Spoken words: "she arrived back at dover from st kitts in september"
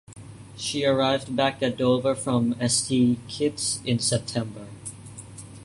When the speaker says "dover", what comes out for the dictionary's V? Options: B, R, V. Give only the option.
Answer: V